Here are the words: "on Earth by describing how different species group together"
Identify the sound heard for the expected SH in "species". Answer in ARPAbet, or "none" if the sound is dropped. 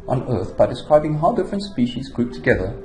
SH